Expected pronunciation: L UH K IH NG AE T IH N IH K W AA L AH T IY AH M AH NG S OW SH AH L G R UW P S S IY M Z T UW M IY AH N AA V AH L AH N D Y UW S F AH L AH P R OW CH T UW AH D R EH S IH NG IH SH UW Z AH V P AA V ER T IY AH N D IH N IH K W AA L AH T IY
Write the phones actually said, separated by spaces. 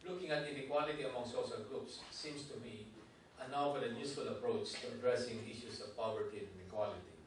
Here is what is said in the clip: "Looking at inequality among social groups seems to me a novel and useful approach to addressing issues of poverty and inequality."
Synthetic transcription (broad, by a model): L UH K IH NG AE T IH N IH K W AA L AH T IY AH M AH NG S OW SH AH L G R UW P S S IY M S T UW M IY AH N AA AH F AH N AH Y UW S F AH L AH P R OW CH T UW AH D R EH S IH NG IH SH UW S AH V P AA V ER T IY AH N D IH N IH K W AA L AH T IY